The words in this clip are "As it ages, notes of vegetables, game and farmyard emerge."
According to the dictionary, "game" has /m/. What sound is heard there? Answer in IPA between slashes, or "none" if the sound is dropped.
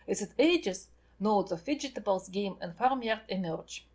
/m/